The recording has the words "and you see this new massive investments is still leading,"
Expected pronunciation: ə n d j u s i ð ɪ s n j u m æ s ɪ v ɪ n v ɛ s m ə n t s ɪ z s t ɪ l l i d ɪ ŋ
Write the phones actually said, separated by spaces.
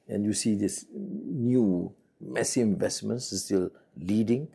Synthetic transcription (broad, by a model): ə n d j u s i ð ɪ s n j u m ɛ s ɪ ɪ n v ɛ s m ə n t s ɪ s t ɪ l l i d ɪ ŋ